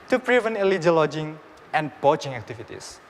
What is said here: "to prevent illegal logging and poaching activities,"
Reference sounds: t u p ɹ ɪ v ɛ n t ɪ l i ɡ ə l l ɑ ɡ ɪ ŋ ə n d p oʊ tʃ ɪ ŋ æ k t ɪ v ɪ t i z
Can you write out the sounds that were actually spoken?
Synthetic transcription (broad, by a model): t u p ɹ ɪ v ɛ n ɪ l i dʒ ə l l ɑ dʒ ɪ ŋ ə n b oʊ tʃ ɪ ŋ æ k t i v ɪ t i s